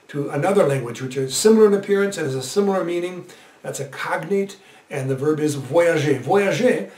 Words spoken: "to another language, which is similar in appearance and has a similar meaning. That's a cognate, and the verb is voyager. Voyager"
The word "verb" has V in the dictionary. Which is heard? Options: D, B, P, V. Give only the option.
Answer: V